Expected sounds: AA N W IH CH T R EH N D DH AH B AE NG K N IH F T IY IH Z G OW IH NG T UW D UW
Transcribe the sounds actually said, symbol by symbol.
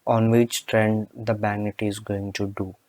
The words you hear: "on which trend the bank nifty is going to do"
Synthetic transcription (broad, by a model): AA N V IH CH T R EH N D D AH B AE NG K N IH T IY IH Z G OW IH NG T UW D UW